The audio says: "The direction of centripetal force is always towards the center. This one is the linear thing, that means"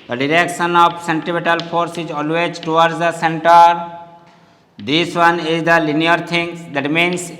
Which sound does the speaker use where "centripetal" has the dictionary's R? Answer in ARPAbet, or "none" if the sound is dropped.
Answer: none